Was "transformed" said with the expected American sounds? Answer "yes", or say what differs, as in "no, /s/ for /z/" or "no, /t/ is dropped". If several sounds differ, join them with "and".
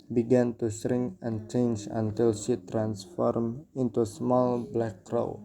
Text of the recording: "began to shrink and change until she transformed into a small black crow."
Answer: no, /d/ is dropped